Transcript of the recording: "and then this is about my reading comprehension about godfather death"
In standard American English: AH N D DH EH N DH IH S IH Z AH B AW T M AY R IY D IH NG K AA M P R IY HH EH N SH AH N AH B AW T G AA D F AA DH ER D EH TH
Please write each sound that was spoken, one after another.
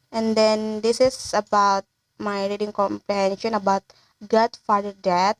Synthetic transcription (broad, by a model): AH N D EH N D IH S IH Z AH B AW T M AY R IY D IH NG K AA M P R IY HH EH N SH AH N AH B AW T G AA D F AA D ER D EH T